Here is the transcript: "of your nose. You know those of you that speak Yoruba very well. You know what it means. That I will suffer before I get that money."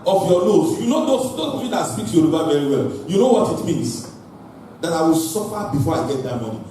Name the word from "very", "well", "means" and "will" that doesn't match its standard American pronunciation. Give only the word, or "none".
means